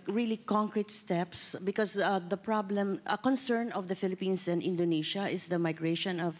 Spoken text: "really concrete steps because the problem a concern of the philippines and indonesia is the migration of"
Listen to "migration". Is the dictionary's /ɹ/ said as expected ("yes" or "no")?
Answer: yes